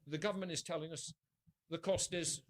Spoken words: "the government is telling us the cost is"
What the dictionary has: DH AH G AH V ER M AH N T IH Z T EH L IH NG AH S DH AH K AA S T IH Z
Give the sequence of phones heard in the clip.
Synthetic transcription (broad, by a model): DH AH G AH V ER M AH N T IH Z T EH L IH NG AH S DH AH K AA S T IH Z